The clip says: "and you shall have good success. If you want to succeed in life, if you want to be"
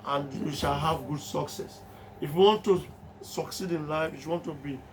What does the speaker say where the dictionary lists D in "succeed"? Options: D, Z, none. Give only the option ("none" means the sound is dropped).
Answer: D